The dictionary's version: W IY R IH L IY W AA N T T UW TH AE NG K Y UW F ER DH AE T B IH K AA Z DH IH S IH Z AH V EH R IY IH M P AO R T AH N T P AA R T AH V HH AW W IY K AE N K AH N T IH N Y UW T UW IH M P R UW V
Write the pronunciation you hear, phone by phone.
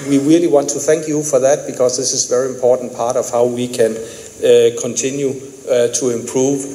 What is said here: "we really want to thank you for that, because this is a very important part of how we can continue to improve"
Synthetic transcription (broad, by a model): W IY R IH L IY W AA N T T UW TH AE NG K Y UW F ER DH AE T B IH K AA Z DH IH S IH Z V EH R IY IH M P AO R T N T P AA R T AH V HH AW W IY K AE N K AH N T IH N Y UW T UW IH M P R UW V